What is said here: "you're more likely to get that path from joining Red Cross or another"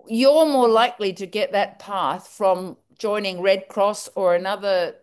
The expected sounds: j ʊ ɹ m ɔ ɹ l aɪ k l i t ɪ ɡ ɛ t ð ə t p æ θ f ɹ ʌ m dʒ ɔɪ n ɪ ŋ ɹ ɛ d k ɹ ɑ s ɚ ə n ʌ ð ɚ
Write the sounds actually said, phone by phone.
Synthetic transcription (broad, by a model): j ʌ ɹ m ɔ ɹ l aɪ k l i t ɪ ɡ ɛ t ð ə t p æ θ f ɹ ʌ m dʒ ɔɪ n ɪ ŋ ɹ ɛ d k ɹ ɑ s ɚ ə n ʌ ð ɚ